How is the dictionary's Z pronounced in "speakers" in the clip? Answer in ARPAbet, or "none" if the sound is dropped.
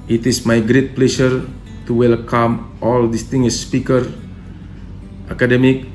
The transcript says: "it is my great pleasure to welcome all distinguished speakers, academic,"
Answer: none